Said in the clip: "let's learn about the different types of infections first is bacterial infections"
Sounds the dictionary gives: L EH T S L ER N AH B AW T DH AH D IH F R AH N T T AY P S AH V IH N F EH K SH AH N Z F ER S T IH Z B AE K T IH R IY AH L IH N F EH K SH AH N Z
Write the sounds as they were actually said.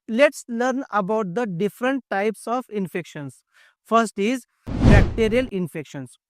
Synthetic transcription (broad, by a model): L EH T S L ER N AH B AW T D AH D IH F R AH N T T AY P S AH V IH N F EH K SH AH N S F ER S T IH Z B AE K T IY R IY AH L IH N F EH K SH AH N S